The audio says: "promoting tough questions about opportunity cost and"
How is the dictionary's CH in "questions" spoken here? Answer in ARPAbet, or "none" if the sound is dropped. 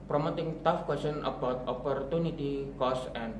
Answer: none